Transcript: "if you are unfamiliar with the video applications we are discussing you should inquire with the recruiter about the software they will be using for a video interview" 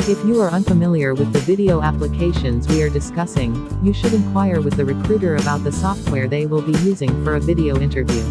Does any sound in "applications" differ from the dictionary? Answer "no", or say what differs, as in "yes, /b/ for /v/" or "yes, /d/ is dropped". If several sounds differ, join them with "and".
no